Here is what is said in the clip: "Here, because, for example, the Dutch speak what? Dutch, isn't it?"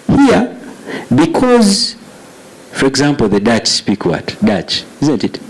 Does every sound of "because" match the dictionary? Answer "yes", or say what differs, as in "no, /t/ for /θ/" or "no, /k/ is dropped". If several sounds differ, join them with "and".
yes